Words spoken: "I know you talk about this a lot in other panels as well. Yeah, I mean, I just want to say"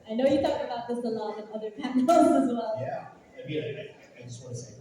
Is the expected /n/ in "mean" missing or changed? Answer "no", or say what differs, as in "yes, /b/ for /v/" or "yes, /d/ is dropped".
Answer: yes, /l/ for /n/